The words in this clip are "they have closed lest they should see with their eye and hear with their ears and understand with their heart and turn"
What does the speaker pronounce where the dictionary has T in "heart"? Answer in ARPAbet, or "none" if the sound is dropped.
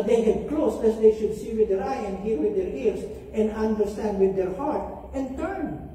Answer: T